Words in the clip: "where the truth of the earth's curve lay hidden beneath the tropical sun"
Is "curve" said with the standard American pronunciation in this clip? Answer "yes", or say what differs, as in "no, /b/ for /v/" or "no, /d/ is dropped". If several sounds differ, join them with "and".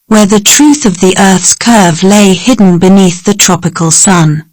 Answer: yes